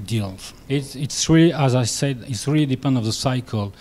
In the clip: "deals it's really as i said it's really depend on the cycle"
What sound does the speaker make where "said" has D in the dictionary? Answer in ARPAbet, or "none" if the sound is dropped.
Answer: D